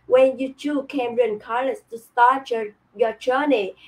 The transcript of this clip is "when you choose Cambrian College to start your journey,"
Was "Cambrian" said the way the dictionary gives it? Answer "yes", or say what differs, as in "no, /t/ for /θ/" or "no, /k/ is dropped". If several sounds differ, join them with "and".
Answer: no, /b/ is dropped